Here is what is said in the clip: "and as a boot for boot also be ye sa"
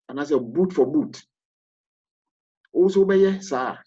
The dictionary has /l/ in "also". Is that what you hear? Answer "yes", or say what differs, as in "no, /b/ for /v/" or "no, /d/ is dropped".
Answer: no, /l/ is dropped